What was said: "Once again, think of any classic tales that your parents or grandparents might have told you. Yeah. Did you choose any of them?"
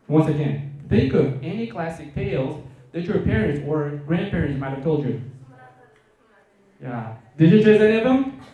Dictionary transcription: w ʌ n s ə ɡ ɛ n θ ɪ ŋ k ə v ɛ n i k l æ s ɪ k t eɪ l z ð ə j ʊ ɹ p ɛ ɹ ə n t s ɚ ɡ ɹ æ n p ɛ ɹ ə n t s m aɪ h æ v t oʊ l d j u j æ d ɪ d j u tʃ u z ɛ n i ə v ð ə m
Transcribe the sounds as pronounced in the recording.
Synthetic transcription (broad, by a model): w ʌ n s ə ɡ ɛ n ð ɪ k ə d ɛ n i k l æ s ɪ k t eɪ l z ð ə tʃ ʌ ɹ p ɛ ɹ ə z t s ɚ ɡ ɹ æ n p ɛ ɹ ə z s m aɪ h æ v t oʊ l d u j æ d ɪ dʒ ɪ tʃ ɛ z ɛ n i ə v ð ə m